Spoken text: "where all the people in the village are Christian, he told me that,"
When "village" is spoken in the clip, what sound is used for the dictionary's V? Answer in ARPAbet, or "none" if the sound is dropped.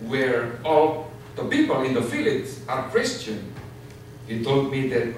F